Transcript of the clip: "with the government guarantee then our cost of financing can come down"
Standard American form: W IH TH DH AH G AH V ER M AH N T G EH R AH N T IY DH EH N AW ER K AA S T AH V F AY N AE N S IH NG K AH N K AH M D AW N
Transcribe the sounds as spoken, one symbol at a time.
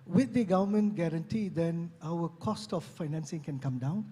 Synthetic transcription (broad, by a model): W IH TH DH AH G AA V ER M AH N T G EH R AH N T IY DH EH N AW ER K AA S T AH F AY N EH N S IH NG K AH N K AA M D AW N